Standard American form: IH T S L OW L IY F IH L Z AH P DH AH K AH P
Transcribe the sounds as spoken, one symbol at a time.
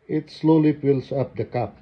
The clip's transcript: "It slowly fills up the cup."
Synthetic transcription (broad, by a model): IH T S L OW L IY P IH L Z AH P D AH K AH P